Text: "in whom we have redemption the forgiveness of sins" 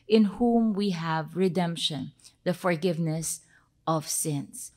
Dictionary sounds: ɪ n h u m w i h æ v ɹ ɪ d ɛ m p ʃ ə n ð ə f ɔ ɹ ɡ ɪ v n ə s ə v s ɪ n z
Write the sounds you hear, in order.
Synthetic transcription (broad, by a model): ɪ n h u m w i h æ v ɹ ɪ d ɛ m p ʃ ə n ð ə f ɔ ɹ ɡ ɪ v n ə s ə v s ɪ n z